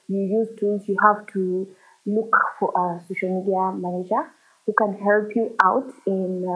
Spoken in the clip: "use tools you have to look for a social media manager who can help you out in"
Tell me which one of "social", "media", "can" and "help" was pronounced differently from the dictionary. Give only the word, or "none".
none